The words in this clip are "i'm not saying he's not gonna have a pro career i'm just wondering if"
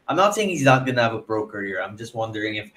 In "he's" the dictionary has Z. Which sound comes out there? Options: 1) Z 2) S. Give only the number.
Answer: 1